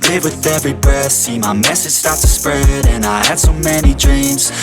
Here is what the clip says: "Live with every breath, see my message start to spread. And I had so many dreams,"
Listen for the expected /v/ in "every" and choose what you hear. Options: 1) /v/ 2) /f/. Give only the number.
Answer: 1